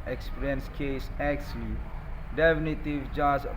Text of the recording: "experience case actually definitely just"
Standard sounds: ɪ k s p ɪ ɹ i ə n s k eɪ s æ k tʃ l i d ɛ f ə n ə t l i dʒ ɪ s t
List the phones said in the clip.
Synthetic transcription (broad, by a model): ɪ k s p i ɹ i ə n s k eɪ s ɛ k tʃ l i d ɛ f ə n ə t i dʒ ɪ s